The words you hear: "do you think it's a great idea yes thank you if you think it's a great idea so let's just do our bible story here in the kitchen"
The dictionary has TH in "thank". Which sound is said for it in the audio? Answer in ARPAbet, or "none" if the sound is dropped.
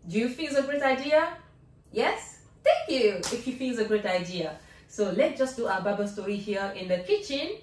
T